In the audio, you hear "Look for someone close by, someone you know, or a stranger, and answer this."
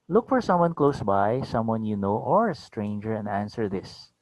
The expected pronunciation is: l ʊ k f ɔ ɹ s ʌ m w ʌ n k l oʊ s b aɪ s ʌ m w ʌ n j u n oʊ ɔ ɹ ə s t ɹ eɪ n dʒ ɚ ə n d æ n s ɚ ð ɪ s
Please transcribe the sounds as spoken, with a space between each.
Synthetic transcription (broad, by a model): l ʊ k f ɔ ɹ s ʌ m w ʌ n k l oʊ s b aɪ s ʌ m w ʌ n j u n oʊ ɔ ɹ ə s t ɹ eɪ n dʒ ɚ ə n d æ n s ɚ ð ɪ s